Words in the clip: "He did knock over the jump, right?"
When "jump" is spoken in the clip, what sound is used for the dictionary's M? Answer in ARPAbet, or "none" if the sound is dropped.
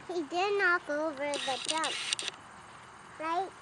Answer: none